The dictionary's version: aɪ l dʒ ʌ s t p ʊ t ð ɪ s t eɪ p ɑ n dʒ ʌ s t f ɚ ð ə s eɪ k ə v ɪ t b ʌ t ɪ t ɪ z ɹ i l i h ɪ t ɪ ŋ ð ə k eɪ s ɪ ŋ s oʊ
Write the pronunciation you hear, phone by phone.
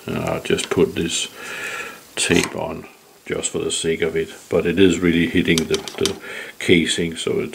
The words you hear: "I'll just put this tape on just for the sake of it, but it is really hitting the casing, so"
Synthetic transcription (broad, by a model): aɪ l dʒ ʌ s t p ʊ t ð ɪ s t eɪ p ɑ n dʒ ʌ s t f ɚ ð ə s eɪ k ə v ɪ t b ʌ t ɪ t ɪ z ɹ i l i h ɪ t ɪ ŋ ð ə k eɪ s ɪ ŋ s oʊ